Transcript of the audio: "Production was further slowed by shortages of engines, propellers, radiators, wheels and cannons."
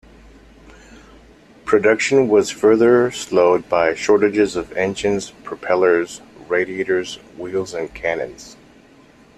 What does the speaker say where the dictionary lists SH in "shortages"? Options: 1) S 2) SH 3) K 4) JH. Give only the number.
2